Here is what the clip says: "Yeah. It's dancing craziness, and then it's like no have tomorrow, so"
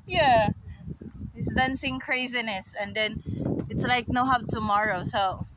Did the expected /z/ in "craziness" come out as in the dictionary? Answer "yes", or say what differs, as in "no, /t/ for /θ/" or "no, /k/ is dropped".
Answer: yes